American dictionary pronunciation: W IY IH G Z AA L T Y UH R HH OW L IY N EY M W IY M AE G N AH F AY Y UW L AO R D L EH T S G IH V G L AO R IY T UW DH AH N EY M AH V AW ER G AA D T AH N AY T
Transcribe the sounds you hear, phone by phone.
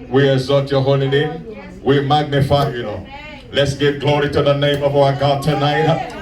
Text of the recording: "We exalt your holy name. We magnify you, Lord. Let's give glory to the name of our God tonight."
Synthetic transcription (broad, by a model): W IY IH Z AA T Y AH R HH OW L IY N EY M W IY M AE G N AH F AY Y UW N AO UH L EH T S G IH V G L AO R IY T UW DH AH N EY M AH V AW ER G AA D T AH N AY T